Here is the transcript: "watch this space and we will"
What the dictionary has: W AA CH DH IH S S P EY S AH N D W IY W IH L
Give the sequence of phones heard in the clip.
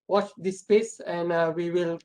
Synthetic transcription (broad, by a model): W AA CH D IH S S P EY S AH N D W IY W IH L